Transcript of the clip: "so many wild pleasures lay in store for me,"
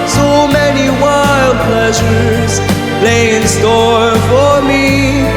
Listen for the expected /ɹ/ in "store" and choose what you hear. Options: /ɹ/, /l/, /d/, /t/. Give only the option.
/ɹ/